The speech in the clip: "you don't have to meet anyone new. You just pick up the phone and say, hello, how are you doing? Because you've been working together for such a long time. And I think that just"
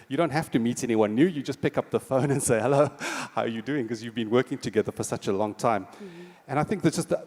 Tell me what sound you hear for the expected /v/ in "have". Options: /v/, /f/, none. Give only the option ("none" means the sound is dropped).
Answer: /f/